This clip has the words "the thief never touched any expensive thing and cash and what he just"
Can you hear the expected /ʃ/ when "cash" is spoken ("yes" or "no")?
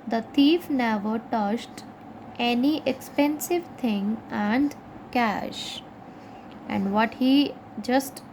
yes